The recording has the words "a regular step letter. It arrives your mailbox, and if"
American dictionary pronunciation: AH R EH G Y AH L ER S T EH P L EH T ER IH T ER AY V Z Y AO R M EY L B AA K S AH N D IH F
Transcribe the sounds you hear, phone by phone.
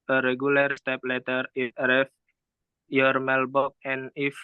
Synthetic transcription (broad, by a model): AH R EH G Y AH L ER S T EH P L EH T ER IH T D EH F Y AO R M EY L B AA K AH N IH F